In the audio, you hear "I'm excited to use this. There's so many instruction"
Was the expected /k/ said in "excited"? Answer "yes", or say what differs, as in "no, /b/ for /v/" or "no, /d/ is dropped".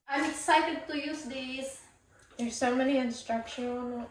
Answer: no, /k/ is dropped